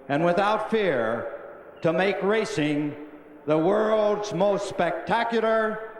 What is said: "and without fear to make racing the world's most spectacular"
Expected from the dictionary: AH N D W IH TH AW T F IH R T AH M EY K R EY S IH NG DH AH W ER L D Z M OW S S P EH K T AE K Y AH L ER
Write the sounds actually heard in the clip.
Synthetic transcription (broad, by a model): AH N W IH TH AW T F IH R T AH M EY K R EY S IH NG DH AH W ER L D Z M OW S S P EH K T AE K Y L ER